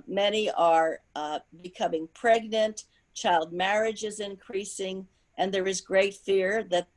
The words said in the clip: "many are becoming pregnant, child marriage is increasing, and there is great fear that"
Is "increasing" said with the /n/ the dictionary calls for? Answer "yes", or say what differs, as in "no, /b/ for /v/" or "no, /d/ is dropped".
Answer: yes